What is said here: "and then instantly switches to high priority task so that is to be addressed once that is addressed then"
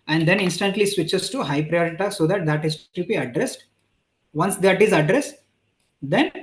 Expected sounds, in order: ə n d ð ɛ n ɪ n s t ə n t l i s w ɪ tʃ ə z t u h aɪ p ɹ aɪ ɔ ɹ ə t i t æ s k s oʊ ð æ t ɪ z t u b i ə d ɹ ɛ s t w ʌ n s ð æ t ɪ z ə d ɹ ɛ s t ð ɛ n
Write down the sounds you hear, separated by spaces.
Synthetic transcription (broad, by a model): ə n d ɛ n ɪ n s t ə n t l i s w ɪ tʃ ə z t u h aɪ p ɹ aɪ ɔ ɹ ə t i s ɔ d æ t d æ t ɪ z t u b i ə d ɹ ɛ s t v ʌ n s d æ t ɪ z ə d ɹ ɛ s t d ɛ n